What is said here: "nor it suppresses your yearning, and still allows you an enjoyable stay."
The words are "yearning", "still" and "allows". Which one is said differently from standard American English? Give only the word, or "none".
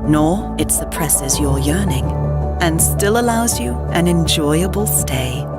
none